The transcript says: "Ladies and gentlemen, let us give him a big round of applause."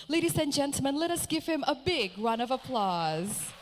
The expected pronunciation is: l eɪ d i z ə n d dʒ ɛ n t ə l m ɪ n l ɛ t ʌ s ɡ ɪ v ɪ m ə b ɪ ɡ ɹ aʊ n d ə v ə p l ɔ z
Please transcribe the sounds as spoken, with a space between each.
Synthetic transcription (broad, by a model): l eɪ d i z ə n dʒ ɛ n t l m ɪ n l ɛ t ʌ s ɡ ɪ v ɪ m ə b ɪ ɡ ɹ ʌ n ə v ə p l ɔ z